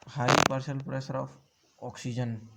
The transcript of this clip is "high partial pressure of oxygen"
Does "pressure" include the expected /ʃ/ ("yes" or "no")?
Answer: no